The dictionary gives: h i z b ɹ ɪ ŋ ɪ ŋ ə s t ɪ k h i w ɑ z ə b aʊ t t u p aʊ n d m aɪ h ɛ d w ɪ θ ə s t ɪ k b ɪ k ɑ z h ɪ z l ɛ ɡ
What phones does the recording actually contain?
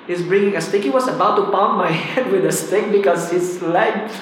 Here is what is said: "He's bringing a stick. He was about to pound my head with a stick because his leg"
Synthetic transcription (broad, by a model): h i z b ɹ ɪ ŋ ɪ ŋ ə s t ɪ k h i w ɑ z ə b aʊ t t u p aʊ m aɪ h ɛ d w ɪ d ə s t ɪ k b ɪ k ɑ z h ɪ s l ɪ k